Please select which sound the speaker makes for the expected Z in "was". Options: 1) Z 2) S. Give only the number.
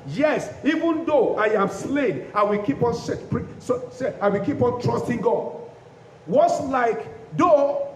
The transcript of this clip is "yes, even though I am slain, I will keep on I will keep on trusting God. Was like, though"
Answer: 2